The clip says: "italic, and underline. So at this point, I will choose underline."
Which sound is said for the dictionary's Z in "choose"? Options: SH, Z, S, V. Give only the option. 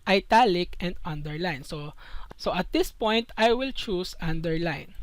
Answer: S